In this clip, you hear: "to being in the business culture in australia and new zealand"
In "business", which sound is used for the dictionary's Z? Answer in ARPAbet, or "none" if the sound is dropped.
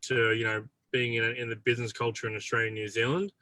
Z